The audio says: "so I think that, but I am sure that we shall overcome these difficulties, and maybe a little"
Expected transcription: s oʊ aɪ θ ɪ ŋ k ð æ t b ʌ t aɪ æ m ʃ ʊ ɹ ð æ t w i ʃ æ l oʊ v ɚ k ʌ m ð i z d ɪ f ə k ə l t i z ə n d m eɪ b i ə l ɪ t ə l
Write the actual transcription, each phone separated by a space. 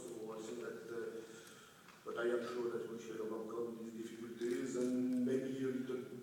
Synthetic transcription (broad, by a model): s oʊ aɪ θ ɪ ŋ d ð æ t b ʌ t aɪ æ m ʃ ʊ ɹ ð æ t w i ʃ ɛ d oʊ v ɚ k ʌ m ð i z d ɪ f ə k ə l t i z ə n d m eɪ b i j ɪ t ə